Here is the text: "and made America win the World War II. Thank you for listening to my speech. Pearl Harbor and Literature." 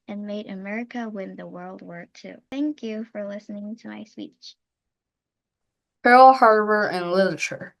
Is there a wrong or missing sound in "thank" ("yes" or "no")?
no